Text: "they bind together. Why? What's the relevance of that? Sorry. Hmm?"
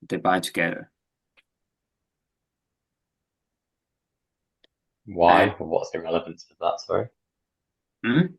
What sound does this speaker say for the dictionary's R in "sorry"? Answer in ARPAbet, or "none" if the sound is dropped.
none